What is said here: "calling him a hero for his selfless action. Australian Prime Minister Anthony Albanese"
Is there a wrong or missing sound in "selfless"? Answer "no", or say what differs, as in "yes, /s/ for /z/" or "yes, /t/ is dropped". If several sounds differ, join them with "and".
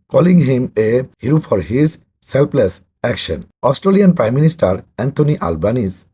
yes, /p/ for /f/